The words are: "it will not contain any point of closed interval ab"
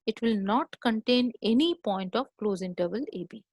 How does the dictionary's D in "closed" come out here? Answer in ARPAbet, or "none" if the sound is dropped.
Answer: none